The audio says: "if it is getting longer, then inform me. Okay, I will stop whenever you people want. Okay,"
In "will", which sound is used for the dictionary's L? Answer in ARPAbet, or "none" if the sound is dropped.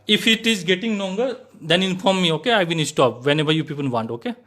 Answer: N